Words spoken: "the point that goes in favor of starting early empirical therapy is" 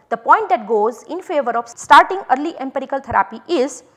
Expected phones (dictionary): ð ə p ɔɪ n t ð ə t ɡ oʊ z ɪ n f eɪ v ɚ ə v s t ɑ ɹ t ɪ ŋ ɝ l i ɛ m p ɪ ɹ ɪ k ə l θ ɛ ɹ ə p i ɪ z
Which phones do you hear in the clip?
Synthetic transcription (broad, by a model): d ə p ɔɪ n t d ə t ɡ oʊ z ɪ n f eɪ v ɚ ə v s t ɑ ɹ t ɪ ŋ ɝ l i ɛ m p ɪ ɹ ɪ k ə l t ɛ ɹ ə p i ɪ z